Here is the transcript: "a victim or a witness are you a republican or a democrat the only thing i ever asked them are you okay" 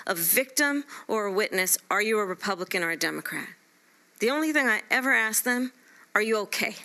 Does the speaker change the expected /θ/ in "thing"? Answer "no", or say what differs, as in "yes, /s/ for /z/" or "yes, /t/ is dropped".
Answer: no